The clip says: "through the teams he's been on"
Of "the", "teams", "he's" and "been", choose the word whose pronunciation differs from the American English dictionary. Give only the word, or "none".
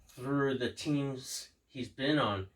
none